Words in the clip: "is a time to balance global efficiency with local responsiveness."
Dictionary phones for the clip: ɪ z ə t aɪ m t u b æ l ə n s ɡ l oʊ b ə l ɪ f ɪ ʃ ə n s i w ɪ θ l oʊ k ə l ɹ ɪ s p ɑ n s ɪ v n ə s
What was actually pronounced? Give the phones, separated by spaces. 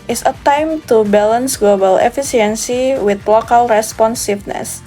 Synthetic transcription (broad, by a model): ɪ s ə t aɪ m t u b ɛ l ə n s ɡ l oʊ b ə l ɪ f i s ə n s i w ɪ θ l oʊ k ə l ɹ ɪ s p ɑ n s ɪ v n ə s